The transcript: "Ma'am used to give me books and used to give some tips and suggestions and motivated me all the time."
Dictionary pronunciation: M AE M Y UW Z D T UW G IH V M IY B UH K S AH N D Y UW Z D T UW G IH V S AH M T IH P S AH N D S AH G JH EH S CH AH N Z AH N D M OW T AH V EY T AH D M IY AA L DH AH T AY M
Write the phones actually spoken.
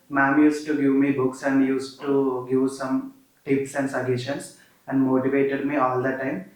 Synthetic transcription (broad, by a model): M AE M Y UW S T T UW G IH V M IY B UH K S AH N D Y UW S T UW G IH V S AH M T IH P S AH N D S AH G EH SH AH N S AH N D M OW T AH V EY T AH D M IY AA L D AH T AY M